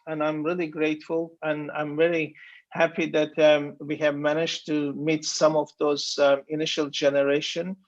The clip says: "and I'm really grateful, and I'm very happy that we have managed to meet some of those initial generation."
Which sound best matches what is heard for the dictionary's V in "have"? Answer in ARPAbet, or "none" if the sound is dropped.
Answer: V